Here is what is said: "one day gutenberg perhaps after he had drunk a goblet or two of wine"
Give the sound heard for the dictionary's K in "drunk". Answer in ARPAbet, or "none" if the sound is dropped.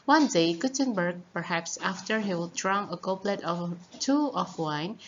none